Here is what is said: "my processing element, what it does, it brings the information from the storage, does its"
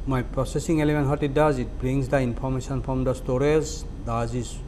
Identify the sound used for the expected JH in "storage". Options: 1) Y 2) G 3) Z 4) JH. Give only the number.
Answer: 3